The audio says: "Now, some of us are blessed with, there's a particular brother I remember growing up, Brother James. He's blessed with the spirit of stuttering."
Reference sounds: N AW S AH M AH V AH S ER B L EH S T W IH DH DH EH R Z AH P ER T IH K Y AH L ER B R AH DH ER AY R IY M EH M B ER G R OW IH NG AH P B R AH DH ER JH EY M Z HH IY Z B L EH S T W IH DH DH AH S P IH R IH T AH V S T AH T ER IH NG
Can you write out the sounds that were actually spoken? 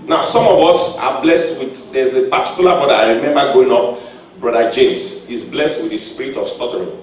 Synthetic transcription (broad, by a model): N AW S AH M AH V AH S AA B L EH S T W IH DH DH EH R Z AH P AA T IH K Y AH L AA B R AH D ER AY R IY M EH M B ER G OW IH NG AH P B R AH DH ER JH EY M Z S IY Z B L EH S T W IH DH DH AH S P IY R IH T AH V S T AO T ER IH